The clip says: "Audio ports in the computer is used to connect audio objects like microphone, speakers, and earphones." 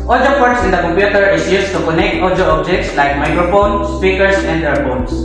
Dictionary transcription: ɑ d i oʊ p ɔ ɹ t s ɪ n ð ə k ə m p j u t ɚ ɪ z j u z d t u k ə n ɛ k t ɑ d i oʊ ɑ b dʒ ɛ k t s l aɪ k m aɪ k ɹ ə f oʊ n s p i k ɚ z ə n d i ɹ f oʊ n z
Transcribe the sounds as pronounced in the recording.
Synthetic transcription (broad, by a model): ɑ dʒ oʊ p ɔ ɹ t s ɪ n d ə k ə m p j u t ɚ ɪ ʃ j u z t u k ə n ɛ k t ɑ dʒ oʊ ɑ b dʒ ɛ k t s l aɪ k m aɪ k ɹ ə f oʊ n s p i k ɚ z ə n d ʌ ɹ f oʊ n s